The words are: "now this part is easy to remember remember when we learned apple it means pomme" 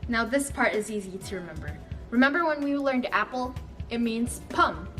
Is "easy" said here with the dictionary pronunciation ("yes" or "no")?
yes